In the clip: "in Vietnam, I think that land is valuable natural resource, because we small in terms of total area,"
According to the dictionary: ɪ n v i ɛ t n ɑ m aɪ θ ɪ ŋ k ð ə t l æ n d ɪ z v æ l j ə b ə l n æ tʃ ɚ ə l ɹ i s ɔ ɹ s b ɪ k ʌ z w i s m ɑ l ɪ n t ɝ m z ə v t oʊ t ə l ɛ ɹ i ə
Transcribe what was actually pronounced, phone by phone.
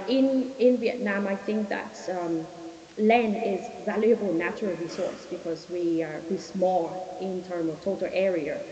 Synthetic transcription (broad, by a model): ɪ n v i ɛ t n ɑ m aɪ θ ɪ ŋ k ð ə t l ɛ n ɪ z v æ l j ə b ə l n æ tʃ ɚ ə l ɹ i s ɔ ɹ s b ɪ k ʌ z w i s m ɑ l ɪ n t ɝ m z ə v t oʊ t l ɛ ɹ i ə